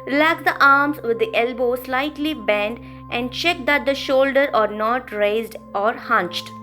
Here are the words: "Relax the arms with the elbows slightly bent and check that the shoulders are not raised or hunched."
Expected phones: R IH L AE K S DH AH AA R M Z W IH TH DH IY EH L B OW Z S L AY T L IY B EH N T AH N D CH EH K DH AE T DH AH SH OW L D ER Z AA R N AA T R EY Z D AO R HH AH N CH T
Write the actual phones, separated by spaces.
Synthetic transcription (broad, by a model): R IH L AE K S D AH AA R M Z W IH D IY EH L B OW S L AY T L IY B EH N T AH N D CH EH K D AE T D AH SH OW L D ER AA R N AA T R EY Z D AO R HH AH N CH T